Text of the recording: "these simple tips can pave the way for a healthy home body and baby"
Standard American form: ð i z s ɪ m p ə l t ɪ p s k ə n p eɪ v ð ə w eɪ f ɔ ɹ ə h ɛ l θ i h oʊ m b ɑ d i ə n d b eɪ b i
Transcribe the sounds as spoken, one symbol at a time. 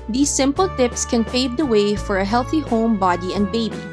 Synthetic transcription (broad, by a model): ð i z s ɪ m p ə l t ɪ p s k ə n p eɪ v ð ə w eɪ f ɔ ɹ ə h ɛ l θ i h oʊ m b ɑ d i ə n d b eɪ b i